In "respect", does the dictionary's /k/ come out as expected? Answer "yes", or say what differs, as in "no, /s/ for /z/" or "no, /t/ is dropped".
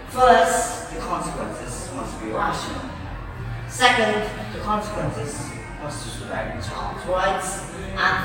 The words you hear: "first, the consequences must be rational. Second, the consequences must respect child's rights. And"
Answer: no, /k/ is dropped